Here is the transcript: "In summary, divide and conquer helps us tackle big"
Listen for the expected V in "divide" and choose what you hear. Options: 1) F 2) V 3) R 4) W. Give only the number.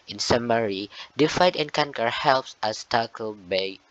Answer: 1